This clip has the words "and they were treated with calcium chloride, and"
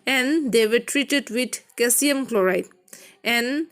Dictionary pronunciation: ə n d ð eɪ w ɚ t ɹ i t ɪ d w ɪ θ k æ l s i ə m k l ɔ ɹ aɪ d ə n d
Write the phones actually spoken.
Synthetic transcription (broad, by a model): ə n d eɪ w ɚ t ɹ i t ɪ d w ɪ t k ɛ s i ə m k l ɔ ɹ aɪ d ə n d